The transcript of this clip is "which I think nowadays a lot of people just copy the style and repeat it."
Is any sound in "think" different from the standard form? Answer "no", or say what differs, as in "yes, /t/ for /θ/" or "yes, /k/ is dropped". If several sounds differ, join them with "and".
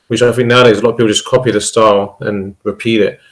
yes, /f/ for /θ/